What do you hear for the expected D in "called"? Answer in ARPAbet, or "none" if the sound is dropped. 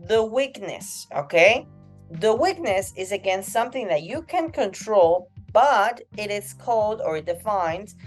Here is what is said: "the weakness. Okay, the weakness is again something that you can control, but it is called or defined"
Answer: D